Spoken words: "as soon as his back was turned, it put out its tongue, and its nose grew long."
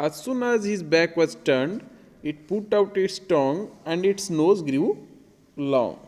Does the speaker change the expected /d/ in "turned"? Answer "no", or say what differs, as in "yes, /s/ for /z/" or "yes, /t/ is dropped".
no